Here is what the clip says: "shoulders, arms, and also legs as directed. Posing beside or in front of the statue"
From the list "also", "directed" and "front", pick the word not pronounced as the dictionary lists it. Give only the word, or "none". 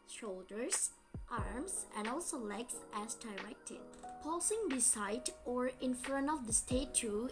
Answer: front